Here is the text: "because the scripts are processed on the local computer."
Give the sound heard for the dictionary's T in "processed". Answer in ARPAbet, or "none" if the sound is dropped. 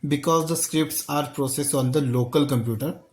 none